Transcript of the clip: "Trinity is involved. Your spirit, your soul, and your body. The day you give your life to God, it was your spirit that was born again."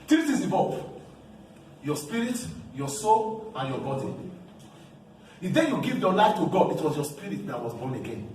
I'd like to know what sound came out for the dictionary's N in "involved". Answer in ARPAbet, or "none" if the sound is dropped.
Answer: none